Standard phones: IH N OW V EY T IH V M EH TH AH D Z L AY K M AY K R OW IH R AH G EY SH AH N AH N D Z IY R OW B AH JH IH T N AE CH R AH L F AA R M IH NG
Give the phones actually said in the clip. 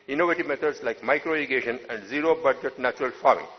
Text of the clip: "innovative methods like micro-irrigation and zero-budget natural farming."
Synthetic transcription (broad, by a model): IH N OW V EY T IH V M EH T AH D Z L AY K M AY K R OW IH L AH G EY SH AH N AH N D Z IY R OW B AH JH IH T N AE CH R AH L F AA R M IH NG